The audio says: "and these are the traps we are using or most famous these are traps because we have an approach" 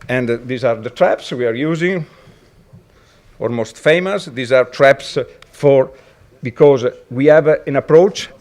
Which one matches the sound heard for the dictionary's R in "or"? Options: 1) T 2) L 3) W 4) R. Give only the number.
2